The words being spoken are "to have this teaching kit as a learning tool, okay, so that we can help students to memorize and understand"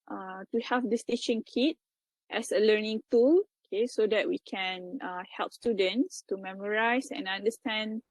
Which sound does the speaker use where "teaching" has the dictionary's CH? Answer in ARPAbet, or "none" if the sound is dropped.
SH